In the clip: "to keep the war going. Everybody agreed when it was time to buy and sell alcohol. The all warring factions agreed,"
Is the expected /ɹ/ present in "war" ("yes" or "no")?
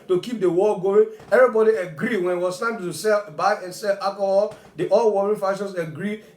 no